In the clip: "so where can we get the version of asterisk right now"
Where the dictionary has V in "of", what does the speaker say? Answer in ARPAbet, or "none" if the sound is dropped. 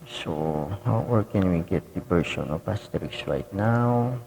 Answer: P